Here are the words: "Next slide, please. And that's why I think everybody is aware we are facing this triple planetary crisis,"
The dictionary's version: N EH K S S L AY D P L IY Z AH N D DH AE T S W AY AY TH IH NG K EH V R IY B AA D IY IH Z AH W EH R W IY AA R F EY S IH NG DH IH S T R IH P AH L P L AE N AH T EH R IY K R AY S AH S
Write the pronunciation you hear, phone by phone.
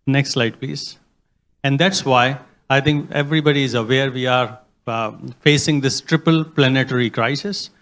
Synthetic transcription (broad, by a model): N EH K S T L AY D P L IY Z AH N D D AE T S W AY AY T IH NG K EH V R IY B AA D IY IH Z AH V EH R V IY AA R F EY S IH NG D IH S T R IH P AH L P L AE N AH T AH R IY K R AY S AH S